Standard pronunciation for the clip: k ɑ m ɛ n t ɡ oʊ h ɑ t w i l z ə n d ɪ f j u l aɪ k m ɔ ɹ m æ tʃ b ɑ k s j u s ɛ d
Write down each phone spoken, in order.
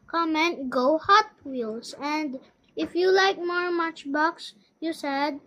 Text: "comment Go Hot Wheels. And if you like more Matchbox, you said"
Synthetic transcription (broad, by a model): k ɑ m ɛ n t ɡ oʊ h ɑ t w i l s ə n d ɪ f j u l aɪ k m ɔ ɹ m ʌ tʃ b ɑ k s j u s ɛ d